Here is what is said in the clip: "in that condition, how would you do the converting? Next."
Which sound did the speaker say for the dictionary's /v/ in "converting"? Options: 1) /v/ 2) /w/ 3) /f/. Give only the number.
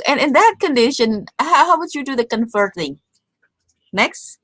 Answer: 3